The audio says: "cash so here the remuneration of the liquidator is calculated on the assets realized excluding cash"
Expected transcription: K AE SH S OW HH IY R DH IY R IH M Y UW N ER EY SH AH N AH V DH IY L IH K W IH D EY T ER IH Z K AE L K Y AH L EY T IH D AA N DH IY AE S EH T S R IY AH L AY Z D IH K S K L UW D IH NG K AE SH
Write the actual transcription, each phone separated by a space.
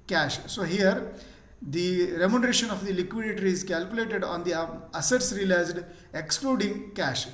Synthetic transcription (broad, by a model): K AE SH S OW HH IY R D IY R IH M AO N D EY SH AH N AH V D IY L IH K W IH D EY T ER IH Z K AE L K Y AH L EY T IH D AA N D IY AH S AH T S R IY AH L AY Z D IH K S K L UW D IH NG K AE SH